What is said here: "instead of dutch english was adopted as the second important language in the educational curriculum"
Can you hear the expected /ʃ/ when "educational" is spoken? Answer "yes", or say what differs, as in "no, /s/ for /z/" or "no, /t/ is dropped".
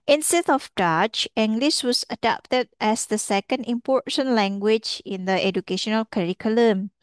yes